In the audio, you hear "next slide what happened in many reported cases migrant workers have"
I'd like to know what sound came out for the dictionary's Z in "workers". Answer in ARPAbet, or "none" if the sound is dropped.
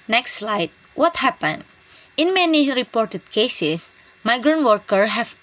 none